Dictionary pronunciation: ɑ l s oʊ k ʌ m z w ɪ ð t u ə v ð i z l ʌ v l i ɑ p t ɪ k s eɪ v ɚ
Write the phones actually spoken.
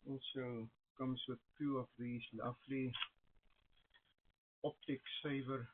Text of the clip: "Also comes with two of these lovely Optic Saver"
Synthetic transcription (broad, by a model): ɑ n s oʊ k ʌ m s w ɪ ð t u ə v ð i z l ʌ f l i ɑ p t ɪ k s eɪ v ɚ